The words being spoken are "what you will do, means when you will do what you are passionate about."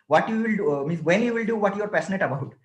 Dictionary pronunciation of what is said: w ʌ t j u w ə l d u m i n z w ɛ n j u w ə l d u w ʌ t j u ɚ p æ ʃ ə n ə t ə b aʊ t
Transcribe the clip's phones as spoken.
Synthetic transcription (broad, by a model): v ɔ t j u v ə l d u m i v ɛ n j u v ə l d u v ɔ t j u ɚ p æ s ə n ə t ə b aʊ t